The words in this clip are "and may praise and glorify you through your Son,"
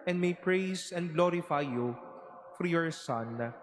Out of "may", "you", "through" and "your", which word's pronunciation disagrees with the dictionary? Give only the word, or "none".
through